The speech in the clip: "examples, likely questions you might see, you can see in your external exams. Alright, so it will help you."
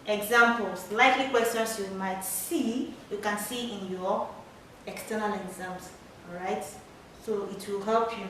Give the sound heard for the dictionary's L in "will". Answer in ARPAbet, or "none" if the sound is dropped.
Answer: L